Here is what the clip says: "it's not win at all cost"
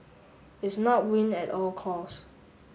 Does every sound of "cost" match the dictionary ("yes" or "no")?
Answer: no